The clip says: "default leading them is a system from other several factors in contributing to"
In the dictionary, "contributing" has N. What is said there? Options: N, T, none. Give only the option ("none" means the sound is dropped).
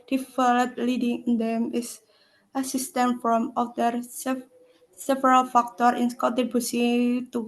none